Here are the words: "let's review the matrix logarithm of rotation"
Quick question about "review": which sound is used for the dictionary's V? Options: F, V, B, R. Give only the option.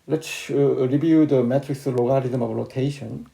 B